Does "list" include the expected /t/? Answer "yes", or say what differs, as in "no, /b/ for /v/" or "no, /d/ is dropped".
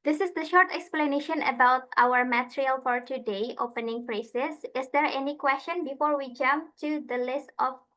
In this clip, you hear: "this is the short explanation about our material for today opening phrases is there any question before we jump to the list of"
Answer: yes